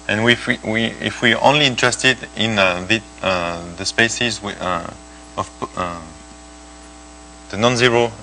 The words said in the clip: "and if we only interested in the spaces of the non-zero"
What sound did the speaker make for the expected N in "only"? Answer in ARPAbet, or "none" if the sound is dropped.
N